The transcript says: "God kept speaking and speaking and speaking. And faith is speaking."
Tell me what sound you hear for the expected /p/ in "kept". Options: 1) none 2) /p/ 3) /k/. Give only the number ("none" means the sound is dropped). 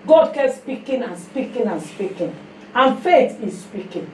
1